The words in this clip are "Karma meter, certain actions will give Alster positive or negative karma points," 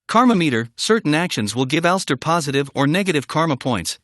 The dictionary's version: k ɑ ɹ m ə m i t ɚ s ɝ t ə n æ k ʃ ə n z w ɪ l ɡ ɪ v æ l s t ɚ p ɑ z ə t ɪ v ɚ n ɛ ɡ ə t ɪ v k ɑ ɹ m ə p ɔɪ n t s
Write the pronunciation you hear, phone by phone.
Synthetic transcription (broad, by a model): k ɑ ɹ m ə m i t ɚ s ɝ t n æ k ʃ ə n z w ɪ l ɡ ɪ v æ l s t ɚ p ɑ z ə t ɪ v ɚ n ɛ ɡ ə t ɪ v k ɑ ɹ m ə p ɔɪ n t s